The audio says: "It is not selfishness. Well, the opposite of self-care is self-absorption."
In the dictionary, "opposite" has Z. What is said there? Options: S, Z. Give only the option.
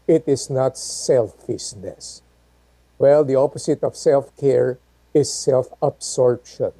S